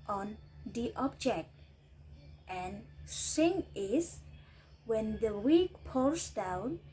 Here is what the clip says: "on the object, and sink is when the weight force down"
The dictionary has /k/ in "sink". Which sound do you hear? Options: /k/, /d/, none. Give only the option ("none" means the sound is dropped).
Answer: none